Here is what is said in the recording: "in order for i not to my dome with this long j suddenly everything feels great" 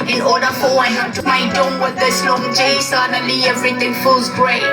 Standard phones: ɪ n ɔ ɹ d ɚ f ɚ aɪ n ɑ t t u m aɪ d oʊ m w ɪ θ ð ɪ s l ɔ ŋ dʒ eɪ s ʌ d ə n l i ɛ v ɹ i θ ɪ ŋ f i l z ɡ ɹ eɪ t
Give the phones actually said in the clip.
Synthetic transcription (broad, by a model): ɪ n ɔ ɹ d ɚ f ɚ aɪ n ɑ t t u m aɪ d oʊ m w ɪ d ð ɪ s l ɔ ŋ dʒ eɪ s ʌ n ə l i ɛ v ɹ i t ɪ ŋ f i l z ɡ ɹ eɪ